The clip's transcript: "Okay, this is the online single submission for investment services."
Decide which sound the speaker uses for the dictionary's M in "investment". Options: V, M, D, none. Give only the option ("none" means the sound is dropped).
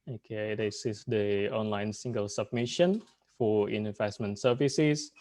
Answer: M